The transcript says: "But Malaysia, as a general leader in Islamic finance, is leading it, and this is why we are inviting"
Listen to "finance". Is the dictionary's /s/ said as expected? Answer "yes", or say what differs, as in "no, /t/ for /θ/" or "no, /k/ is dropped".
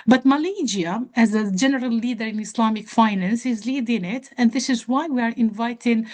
yes